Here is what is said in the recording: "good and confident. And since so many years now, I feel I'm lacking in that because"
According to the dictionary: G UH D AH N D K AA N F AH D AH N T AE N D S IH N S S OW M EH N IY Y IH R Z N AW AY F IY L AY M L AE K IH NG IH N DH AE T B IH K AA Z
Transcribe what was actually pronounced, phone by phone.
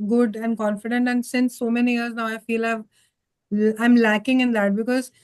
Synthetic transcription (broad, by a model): G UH D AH N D K AA N F AH D AH N T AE N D S IH N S S OW M EH N IY Y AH R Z N AW AY F IY L AY M L AE K IH NG IH N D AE T B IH K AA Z